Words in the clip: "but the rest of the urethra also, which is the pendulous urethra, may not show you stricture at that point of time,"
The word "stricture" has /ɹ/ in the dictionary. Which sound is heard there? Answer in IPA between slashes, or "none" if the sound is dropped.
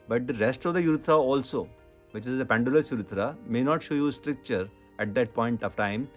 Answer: /ɹ/